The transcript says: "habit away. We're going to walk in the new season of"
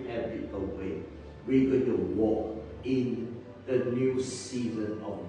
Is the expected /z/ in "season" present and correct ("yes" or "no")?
yes